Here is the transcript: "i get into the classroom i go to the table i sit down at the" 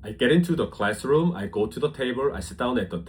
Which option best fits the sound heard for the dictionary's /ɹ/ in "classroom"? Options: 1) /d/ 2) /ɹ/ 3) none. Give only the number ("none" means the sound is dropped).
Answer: 2